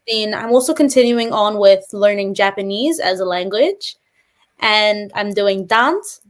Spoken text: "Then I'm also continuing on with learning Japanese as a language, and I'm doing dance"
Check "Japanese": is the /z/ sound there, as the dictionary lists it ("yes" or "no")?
yes